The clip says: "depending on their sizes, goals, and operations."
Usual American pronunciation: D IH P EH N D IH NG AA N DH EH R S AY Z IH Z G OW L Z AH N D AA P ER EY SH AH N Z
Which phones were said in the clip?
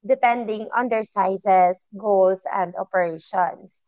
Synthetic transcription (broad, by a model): D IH P EH N D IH NG AA N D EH R S AY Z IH S G OW L S AH N D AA P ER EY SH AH N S